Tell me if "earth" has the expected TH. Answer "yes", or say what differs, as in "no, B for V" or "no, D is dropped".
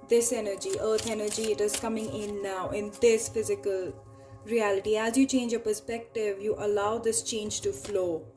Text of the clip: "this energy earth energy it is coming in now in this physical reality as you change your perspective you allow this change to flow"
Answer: no, T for TH